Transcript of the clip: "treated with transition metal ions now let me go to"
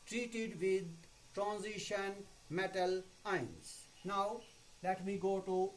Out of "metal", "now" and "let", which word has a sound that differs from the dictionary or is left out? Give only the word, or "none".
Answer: none